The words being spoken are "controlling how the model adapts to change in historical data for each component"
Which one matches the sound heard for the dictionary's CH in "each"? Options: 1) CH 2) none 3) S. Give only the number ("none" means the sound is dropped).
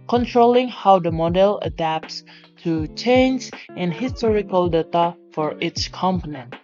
3